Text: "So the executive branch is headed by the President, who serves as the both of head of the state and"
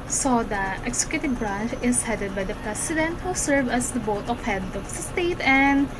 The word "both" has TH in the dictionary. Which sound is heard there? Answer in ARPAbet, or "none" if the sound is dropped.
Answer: T